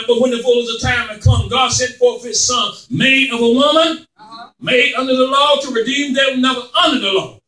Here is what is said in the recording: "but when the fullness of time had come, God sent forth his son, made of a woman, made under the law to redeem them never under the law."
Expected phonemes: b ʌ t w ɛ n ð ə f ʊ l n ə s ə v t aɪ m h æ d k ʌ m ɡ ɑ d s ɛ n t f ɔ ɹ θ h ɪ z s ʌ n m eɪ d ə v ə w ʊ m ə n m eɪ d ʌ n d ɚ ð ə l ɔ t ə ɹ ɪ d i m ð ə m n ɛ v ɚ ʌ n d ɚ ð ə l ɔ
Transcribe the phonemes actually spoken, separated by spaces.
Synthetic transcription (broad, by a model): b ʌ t w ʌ n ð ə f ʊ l ə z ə t aɪ m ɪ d k ʌ m ɡ ɑ d s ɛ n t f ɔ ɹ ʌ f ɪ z s ʌ n m eɪ d ə v ə w ʊ m ə n m eɪ d ʌ n d ɚ ð ə l ɔ t ə ɹ ɪ d i m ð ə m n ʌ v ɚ ʌ n d ɚ ð ə l ɔ